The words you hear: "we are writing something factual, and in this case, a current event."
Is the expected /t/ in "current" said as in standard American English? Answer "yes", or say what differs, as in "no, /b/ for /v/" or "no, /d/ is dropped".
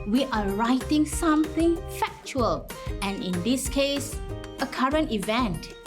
yes